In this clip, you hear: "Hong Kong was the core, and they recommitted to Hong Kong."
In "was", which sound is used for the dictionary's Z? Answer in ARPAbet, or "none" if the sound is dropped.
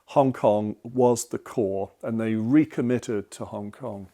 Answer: Z